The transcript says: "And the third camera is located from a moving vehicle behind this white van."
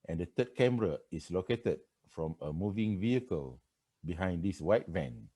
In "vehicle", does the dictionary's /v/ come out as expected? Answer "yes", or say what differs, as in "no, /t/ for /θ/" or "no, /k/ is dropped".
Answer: yes